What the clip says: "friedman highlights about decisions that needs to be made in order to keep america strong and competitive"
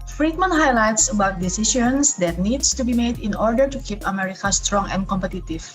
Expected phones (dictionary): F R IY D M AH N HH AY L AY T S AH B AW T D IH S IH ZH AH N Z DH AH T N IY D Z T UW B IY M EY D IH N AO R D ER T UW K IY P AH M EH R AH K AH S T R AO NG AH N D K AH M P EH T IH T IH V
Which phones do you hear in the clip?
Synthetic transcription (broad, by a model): F R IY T M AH N HH AY L AY T S AH B AW T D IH S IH SH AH N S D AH T N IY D S T UW B IY M EY D IH N AO R D ER T UW K IY P AH M EH R AH K AH S T R AO NG AH N D K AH M P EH T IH T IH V